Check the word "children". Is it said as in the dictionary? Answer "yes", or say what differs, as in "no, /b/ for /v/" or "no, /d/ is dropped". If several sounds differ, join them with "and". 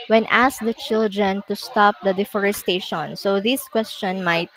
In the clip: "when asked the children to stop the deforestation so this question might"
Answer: yes